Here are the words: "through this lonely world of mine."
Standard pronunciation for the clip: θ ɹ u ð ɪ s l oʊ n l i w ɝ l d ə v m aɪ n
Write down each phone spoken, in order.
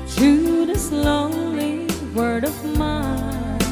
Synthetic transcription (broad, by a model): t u ð ɪ s l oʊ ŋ l i w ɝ d ə v m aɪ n